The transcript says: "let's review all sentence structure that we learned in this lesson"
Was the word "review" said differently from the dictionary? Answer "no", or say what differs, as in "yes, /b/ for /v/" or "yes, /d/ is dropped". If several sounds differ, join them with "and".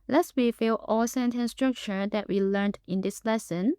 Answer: yes, /w/ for /ɹ/